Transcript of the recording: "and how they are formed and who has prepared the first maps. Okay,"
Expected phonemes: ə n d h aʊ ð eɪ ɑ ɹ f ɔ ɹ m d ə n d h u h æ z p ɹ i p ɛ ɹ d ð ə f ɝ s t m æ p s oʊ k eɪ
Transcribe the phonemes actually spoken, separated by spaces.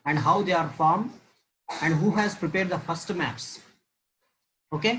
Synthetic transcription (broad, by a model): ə n d h aʊ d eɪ ɑ ɹ f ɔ ɹ m ə n d h u h æ z p ɹ i p ɛ ɹ d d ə f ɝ s t m æ p s oʊ k eɪ